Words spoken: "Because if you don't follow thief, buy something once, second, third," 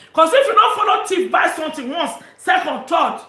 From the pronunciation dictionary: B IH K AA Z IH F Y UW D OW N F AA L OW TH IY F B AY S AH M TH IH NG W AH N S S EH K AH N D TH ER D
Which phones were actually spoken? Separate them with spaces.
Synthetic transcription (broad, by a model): K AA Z IH F Y UW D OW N F AA L OW T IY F B AY S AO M T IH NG W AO N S S EH K AH N D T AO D